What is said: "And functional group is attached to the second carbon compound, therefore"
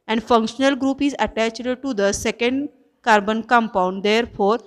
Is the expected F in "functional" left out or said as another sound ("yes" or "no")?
no